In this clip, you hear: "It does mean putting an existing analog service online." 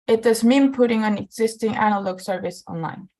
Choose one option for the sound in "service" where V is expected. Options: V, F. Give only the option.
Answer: V